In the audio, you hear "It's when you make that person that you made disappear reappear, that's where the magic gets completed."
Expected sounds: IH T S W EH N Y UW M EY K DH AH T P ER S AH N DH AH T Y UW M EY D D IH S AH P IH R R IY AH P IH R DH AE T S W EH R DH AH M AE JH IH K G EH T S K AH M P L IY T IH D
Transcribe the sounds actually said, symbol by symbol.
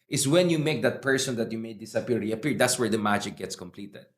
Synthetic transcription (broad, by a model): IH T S W EH N Y UW M EY K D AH T P ER S AH N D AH T Y UW M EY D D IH S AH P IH L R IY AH P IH R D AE T S W EH R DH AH M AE JH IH K G EH T S K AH M P L IY T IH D